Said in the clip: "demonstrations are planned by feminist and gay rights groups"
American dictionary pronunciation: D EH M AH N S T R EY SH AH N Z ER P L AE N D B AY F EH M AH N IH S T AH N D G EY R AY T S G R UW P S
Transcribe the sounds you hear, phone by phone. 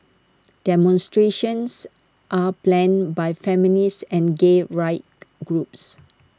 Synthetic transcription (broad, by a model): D EH M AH N S T R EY SH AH N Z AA P L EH N B AY F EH M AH N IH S AH N G EY R AY T G R UW P S